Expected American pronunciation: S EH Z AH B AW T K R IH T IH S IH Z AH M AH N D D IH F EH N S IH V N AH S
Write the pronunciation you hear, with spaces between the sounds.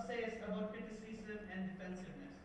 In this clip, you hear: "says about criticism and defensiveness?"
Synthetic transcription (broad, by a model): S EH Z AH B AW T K IH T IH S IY S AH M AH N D D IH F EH N S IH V N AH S